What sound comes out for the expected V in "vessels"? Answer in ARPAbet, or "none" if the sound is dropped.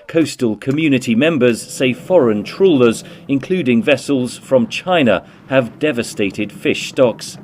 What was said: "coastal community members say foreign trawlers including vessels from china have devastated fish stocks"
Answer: V